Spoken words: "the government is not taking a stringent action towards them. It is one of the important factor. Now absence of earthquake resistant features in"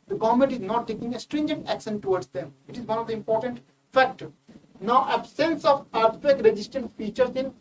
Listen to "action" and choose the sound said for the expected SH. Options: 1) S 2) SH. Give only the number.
1